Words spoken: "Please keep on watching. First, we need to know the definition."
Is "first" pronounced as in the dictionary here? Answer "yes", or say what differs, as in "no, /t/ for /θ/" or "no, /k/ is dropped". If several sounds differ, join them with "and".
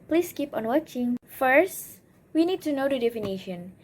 yes